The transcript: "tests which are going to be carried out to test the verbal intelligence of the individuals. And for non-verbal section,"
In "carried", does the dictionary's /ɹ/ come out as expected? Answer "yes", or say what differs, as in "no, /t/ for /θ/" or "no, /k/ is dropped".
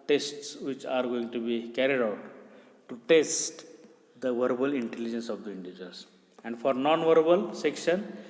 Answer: yes